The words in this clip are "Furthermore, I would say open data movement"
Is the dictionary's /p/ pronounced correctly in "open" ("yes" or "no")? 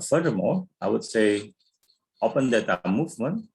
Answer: yes